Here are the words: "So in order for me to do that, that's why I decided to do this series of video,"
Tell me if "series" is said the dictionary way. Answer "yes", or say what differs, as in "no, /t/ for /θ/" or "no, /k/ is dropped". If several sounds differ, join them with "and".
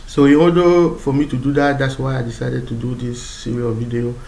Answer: no, /z/ is dropped